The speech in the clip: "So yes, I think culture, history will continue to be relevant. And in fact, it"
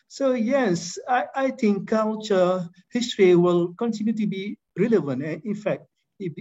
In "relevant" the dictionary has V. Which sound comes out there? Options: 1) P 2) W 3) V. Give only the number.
3